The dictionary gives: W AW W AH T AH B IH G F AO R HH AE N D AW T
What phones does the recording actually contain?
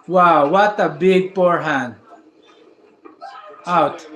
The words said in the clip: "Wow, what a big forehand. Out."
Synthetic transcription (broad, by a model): W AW W AH T AH B IH G P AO R HH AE N D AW T